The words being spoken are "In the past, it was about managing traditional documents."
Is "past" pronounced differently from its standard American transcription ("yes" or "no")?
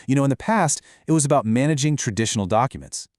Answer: no